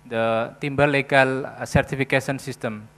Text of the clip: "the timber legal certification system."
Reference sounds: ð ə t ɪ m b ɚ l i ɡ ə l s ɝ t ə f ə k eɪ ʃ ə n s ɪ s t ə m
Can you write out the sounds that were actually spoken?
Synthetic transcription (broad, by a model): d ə t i m b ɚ l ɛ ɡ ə l s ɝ t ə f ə k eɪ s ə n s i s t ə m